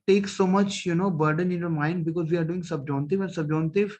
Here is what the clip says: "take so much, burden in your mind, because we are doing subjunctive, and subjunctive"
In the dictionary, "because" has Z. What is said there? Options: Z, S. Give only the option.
Z